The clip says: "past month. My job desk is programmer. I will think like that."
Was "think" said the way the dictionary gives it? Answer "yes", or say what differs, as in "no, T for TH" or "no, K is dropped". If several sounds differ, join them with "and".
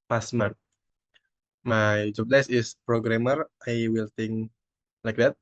no, T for TH